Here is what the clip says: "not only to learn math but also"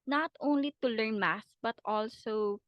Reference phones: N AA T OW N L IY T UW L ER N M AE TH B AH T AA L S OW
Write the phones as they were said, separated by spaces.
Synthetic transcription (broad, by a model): N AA T OW N L IY T UW L ER N M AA S B AH T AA L S OW